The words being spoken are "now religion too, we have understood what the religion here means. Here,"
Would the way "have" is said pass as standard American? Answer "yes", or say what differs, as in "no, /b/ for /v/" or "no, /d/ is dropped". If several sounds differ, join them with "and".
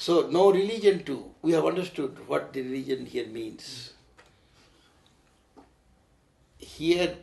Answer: yes